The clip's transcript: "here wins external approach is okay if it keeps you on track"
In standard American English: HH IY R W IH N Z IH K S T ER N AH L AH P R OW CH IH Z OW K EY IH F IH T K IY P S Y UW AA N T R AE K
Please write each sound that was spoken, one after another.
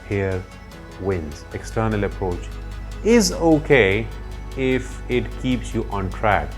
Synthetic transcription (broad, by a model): HH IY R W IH N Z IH K S T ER N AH L AH P R OW CH IH Z OW K EY IH F IH T K IY P S Y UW AA N T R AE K